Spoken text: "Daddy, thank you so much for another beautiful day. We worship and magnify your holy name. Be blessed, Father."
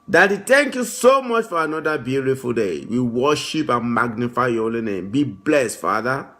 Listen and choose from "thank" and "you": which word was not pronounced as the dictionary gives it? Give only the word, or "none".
thank